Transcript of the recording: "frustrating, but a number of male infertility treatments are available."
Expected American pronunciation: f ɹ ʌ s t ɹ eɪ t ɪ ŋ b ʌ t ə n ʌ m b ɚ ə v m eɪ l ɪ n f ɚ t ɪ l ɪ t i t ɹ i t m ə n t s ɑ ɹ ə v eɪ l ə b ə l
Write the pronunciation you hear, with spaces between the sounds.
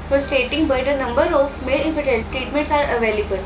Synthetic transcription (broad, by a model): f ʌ s t eɪ t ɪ ŋ b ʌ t ə n ʌ m b ɚ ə f m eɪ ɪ f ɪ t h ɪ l t ɹ i t m ə n t s ɑ ɹ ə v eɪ l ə b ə l